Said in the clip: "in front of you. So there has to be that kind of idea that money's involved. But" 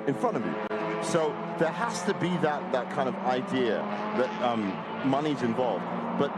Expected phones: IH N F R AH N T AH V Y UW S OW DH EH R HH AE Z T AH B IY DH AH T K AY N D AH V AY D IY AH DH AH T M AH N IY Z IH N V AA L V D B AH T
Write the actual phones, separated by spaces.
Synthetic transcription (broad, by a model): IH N F R AH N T AH V Y UW S OW DH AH R HH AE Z T AH B IY DH AH T K AY N D AH V AY D IY AH DH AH T M AH N IY Z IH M V AA L V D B AH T